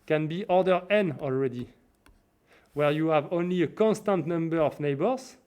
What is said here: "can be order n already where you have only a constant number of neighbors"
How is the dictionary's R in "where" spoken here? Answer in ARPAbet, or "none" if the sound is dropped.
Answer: R